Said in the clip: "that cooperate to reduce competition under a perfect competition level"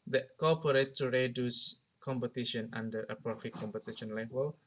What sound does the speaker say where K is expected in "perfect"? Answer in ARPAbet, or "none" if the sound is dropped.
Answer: none